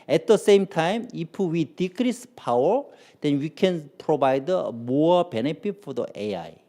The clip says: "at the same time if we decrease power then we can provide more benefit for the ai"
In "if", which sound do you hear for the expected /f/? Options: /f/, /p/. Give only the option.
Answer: /p/